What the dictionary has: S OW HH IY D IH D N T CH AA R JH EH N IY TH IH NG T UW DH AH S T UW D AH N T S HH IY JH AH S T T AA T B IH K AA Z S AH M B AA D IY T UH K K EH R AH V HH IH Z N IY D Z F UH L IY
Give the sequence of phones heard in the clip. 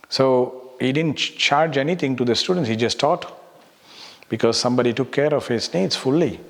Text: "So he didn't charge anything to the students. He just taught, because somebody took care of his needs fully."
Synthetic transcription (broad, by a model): S OW HH IY D IH D N T CH AA R JH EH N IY T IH NG T UW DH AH S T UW D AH N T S HH IY JH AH S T T AA T B IH K AA Z S AH M B AA D IY T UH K K EH R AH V HH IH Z N IY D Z F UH L IY